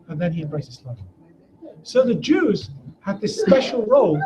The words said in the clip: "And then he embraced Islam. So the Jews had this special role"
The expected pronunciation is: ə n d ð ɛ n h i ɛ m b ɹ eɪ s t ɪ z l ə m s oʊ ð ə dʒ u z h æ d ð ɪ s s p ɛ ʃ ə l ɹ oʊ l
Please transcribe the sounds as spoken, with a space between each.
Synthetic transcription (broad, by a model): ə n ð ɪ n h i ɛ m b ɹ eɪ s ɪ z l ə s oʊ ð ə dʒ u z h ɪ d ð ɪ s s p ɛ ʃ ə l ɹ oʊ l